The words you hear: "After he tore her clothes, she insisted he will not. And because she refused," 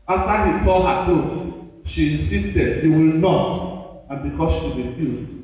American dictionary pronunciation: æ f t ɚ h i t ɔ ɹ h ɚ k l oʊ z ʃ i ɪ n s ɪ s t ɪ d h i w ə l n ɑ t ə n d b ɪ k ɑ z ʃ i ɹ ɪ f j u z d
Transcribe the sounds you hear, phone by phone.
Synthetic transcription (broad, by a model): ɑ f t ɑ h i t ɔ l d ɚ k oʊ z ʃ i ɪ n s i s t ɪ d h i w ə l n ɑ t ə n b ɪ k ɑ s ʃ i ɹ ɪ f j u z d